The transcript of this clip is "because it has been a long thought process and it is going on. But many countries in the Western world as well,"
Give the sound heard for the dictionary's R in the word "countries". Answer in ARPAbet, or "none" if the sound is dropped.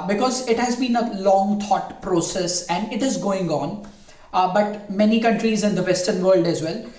R